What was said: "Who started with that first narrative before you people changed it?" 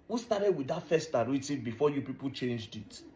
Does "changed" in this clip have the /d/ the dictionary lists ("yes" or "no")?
yes